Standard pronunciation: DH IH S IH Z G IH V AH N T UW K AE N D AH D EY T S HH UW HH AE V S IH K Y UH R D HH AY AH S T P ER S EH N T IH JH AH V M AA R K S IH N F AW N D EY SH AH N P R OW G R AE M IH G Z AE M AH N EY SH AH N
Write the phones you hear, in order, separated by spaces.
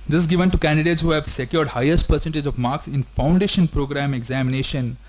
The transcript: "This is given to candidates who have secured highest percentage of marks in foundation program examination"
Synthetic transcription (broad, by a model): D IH S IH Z G IH V AH N T UW K AE N D AH D EY T S HH UW HH AE V S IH K Y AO R D HH AY AH S T P ER S EH N T IH JH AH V M AA R K S IH N F AW N D EY SH AH N P R OW G R AE M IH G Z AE M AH N EY SH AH N